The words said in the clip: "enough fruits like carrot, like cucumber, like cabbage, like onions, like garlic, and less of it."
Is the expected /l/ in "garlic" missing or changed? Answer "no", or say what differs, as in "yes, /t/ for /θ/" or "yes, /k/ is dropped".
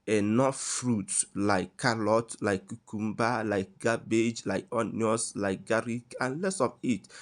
yes, /l/ is dropped